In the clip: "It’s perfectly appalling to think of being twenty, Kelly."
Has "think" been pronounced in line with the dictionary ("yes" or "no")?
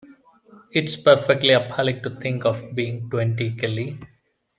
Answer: no